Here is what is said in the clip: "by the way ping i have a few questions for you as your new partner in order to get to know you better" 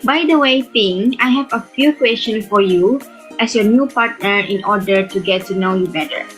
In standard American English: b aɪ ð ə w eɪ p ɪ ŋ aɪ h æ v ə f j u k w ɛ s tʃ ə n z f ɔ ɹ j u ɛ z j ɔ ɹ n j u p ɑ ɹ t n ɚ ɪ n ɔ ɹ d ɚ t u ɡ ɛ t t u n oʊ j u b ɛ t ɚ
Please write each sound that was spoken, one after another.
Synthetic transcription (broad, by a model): b aɪ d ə w eɪ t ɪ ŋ aɪ h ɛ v ə f j u k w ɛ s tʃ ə n f ɔ ɹ j u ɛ s j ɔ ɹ n j u p ɑ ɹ t n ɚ ɪ n ɔ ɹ d ɚ t u ɡ ɛ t t u n oʊ j u b ɛ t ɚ